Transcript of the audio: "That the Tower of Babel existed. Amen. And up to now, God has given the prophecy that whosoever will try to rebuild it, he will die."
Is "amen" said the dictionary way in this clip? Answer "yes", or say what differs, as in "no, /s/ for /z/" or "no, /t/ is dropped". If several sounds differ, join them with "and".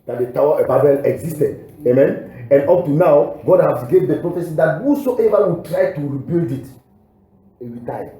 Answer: yes